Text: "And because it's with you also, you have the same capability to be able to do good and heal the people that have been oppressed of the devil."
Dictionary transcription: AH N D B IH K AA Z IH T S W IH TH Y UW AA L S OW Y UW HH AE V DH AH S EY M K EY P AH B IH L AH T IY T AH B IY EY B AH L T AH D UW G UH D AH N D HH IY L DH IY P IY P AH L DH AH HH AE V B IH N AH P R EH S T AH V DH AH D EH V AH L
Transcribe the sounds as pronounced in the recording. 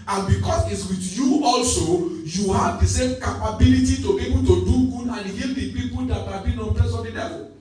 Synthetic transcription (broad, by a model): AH N B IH K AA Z IH T S W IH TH Y UW AA L S OW Y UW HH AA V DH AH S EY M K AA P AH B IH L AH T IY T AH B IY EY B AH L T AH D UW G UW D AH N HH IY L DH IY P IY P AH L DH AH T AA B IH N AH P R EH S AH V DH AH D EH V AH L